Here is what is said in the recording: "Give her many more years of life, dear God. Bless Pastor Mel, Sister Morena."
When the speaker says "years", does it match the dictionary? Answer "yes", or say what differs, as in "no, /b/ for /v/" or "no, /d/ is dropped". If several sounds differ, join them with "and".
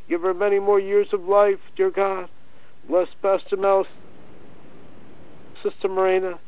yes